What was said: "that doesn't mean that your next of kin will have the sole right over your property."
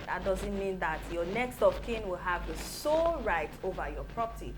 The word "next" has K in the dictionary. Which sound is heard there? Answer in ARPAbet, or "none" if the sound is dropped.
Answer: K